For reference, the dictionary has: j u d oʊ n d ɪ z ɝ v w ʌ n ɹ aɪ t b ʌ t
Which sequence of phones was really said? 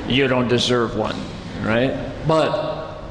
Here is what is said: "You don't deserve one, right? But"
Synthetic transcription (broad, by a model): j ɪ d oʊ n d ɪ z ɝ v w ʌ n ɹ aɪ t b ʌ t